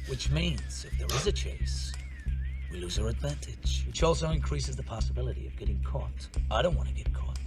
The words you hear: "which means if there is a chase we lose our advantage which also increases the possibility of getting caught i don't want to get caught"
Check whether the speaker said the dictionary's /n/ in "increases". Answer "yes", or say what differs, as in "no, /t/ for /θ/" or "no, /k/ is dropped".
yes